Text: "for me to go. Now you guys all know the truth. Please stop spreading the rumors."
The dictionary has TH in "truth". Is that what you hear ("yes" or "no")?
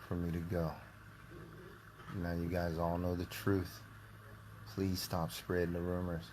yes